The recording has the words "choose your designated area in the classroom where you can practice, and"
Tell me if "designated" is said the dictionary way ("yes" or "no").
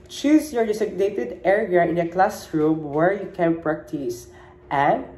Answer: no